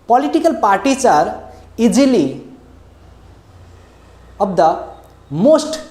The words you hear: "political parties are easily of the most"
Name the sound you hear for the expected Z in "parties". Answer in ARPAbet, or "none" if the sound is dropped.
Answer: S